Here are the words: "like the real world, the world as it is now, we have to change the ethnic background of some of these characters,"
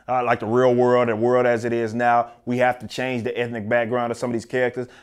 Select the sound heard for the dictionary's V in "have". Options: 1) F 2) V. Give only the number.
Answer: 1